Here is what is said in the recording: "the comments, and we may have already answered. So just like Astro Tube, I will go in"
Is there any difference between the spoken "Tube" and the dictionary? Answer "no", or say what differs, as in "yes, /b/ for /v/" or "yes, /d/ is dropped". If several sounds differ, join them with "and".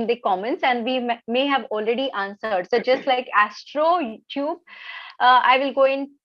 no